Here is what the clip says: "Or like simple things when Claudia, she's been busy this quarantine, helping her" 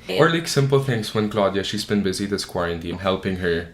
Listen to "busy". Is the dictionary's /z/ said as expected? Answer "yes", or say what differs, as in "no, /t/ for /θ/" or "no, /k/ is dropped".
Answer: yes